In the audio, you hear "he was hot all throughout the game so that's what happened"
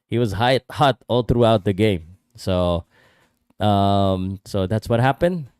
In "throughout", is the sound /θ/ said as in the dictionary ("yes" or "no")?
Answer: yes